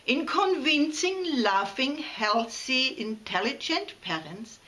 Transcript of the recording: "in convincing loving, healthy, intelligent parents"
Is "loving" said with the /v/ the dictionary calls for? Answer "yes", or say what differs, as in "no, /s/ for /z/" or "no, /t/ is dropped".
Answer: no, /f/ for /v/